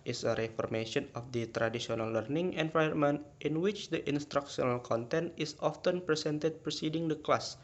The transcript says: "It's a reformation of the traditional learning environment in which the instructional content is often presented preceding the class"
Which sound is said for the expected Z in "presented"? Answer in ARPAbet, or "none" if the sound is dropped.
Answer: S